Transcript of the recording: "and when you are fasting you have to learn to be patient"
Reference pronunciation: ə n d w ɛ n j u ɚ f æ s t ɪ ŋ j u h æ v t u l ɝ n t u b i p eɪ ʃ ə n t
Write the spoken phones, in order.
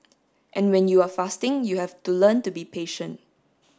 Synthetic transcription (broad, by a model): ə n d w ɛ n j u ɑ f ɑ s t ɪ ŋ j u h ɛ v t u l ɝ n t u b i p eɪ ʃ ə n t